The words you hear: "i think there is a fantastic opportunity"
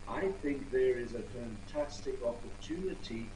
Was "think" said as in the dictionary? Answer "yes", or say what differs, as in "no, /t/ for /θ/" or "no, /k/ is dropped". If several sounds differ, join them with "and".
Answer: yes